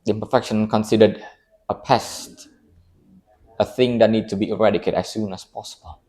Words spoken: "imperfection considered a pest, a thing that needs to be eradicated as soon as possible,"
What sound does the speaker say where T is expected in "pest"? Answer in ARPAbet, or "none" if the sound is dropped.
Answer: T